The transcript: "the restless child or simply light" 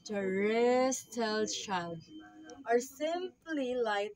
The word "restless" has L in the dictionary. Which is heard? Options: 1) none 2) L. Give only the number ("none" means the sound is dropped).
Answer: 1